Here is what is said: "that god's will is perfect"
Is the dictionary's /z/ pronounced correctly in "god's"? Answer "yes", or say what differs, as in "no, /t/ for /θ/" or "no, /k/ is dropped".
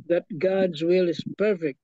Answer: yes